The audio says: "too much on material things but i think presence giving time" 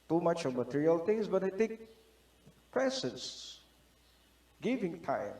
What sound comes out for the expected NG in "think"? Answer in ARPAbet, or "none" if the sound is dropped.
none